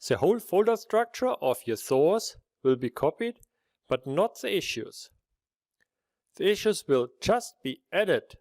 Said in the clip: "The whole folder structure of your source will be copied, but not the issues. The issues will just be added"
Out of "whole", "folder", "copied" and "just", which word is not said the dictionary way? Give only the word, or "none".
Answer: none